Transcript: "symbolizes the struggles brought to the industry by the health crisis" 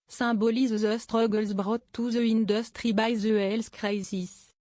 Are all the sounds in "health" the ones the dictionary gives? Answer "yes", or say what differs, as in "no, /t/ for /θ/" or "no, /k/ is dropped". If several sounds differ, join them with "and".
no, /s/ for /θ/